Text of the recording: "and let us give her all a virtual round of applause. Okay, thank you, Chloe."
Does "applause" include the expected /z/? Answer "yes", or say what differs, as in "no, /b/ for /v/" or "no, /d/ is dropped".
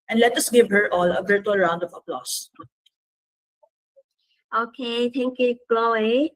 no, /s/ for /z/